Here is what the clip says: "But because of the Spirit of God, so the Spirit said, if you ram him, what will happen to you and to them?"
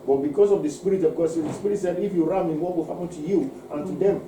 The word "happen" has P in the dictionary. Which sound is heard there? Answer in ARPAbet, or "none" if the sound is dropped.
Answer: none